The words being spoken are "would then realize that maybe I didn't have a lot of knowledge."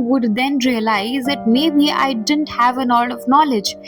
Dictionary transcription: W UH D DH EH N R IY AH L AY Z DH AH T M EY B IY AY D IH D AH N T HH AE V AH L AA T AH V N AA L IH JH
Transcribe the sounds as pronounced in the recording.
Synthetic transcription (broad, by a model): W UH D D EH N R IY AH L AY Z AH T M EY B IY AY D IH D AH N T HH AE V AH N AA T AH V N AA L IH JH